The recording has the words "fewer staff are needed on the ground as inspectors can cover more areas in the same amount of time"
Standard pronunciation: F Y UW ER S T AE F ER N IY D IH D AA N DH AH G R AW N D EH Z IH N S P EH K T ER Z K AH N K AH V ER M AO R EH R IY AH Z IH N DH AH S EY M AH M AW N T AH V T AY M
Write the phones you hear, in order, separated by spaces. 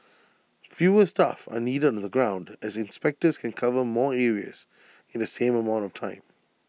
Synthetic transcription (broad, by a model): F Y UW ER S T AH F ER N IY D IH D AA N DH AH G R AW N D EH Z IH N S P EH K T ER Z K AH N K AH V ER M AO R EH R IY AH Z IH N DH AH S EY M AH M AW N T AH V T AY M